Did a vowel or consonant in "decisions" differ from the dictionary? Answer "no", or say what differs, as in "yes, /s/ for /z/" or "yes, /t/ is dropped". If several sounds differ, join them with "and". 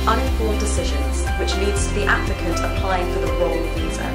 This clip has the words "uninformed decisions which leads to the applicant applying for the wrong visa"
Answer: no